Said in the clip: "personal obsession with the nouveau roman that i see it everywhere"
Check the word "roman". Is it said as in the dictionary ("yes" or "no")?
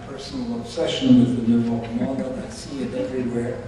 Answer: no